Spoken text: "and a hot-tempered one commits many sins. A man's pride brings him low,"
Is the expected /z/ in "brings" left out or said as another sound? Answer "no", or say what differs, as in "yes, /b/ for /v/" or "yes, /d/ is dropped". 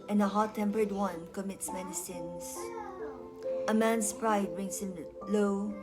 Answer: yes, /s/ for /z/